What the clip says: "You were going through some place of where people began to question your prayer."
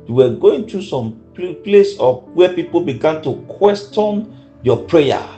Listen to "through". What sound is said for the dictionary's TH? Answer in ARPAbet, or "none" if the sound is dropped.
T